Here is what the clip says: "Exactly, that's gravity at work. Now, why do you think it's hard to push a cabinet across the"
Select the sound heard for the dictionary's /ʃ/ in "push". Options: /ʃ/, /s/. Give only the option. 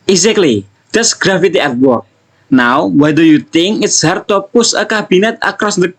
/s/